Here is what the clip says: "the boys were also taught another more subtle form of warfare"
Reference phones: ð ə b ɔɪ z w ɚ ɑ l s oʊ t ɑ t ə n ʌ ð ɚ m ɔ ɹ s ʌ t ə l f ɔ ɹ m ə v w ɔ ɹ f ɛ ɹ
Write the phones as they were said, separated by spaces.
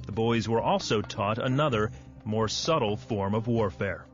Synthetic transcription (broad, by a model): ð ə b ɔɪ z w ɚ ɑ l s oʊ t ɑ t ə n ʌ ð ɚ m ɔ ɹ s ʌ t l f ɔ ɹ m ə v w ɔ ɹ f ɛ ɹ